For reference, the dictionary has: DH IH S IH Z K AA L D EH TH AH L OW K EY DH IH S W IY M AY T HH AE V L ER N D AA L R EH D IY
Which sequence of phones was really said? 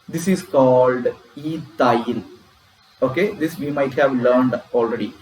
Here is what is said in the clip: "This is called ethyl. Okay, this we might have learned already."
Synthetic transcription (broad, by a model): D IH S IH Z K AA L D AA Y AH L OW K EY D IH S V IY M AY T HH AE V L ER N D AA L R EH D IY